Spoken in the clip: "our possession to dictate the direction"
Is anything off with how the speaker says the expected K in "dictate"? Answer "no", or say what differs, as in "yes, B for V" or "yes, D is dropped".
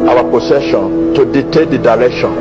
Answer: yes, K is dropped